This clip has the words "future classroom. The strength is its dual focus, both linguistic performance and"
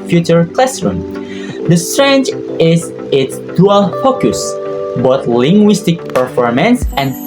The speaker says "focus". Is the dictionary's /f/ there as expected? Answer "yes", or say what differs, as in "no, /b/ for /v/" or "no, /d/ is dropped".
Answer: yes